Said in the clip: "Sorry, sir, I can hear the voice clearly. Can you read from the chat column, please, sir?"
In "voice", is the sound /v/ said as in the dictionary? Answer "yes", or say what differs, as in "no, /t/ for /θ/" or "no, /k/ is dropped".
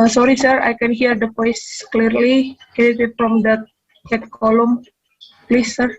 no, /p/ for /v/